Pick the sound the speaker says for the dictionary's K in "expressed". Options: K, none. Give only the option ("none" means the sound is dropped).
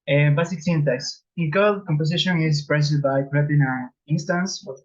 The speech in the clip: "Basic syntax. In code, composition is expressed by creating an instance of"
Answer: none